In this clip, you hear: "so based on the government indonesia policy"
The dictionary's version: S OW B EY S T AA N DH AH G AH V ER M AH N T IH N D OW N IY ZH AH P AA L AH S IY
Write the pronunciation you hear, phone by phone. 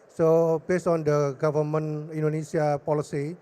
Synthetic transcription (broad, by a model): S OW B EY S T AA N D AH G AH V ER M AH N IY N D OW N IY S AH P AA L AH S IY